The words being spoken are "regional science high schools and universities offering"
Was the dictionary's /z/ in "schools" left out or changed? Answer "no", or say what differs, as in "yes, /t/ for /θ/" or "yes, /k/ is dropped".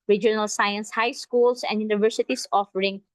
yes, /s/ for /z/